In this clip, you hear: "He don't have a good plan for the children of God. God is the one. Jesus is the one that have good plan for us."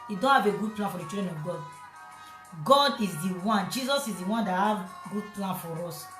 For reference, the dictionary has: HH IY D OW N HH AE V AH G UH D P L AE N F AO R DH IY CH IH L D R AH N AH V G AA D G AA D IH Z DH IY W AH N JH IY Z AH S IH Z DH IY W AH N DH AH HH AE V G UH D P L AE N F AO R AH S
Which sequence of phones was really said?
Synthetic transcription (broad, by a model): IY D OW N HH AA V AH G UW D P L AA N F AO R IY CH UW D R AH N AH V G AA D G AA D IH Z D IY W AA N JH IY Z AH S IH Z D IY W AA N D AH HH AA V G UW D P L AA N F AO R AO S